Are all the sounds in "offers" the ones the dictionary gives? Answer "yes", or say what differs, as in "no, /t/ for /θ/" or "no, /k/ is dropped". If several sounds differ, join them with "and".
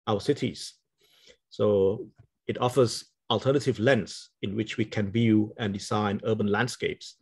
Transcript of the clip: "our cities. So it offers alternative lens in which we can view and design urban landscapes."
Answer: yes